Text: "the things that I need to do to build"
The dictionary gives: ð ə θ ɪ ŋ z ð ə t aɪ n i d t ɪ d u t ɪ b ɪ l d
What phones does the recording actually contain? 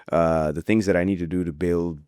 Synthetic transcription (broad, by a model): ð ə θ ɪ ŋ z ð ə t aɪ n i d t ɪ d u t ɪ b ɪ l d